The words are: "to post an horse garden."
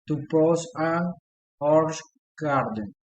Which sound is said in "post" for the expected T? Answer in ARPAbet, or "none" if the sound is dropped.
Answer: none